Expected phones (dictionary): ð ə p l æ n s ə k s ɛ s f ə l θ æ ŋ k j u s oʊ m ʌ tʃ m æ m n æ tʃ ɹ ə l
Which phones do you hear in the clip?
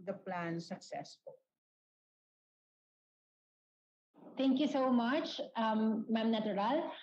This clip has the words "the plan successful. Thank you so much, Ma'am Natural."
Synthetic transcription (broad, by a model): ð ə p l æ n s ə k s ɛ s f ə l t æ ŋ k j u s oʊ m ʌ tʃ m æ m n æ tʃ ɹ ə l